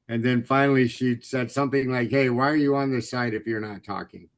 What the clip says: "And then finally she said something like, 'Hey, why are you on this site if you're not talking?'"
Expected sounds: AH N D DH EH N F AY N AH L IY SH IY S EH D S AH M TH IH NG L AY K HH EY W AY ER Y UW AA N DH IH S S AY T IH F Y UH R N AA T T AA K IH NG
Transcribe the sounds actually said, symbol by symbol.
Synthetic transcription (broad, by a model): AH N DH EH N F AY N L IY SH IY S EH D S AH M TH IH NG L AY K HH EY W AY ER Y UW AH N DH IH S S AY T IH F Y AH R N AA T T AA K IH NG